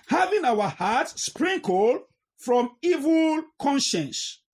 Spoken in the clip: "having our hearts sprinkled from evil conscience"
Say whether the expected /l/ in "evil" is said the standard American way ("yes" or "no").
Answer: yes